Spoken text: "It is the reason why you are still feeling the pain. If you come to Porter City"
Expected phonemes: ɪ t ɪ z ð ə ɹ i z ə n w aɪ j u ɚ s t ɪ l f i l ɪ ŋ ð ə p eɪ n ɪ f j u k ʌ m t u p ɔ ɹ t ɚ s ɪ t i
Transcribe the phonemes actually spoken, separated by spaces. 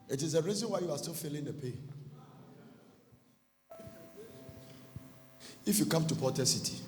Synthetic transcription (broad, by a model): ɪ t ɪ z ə ɹ i z ə n w aɪ j u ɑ s t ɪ l f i l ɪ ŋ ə p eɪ ɪ f j u k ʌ m t u p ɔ t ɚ s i t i